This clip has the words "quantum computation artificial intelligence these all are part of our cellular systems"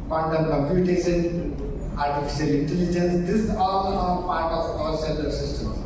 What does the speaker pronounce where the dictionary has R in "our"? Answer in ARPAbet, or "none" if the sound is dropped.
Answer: L